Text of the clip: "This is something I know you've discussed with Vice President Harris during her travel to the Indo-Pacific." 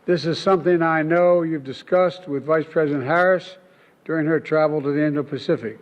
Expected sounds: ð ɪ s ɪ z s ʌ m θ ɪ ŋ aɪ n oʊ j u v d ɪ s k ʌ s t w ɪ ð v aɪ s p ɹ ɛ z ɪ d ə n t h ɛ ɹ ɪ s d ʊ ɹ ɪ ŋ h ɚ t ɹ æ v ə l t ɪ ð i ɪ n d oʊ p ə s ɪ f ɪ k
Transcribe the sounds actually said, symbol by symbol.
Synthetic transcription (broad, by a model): ð ɪ s ɪ z s ʌ m θ ɪ ŋ aɪ n oʊ j u v d ɪ s k ʌ s t w ɪ ð v aɪ s p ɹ ɛ z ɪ d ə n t h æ ɹ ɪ s d ʊ ɹ ɪ ŋ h ɚ t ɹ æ v l t ɪ ð i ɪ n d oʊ p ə s ɪ f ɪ k